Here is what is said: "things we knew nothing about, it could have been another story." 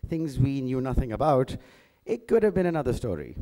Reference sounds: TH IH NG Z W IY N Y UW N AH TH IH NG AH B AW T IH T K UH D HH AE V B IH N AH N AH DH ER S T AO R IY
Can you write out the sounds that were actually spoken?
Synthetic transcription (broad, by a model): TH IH NG Z W IY N Y UW N AH TH IH NG AH B AW T IH T K UH D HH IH V B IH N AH N AH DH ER S T AO R IY